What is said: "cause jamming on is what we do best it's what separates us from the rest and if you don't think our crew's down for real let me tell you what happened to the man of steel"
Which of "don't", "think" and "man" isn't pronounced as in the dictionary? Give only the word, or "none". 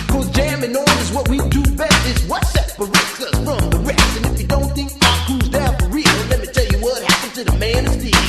none